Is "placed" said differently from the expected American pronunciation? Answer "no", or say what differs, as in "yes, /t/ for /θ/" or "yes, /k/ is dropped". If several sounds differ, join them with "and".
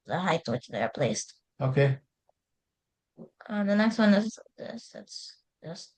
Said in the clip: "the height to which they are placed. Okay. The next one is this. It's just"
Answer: no